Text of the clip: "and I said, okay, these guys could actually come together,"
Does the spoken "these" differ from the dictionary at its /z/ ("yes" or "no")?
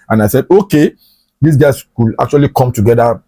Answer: yes